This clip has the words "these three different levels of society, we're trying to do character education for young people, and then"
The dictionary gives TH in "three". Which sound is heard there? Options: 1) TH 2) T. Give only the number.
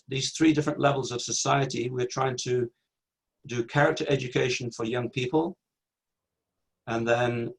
1